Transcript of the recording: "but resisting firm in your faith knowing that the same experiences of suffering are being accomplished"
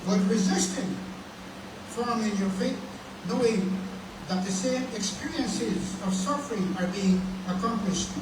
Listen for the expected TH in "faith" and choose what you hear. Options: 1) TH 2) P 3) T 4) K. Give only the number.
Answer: 3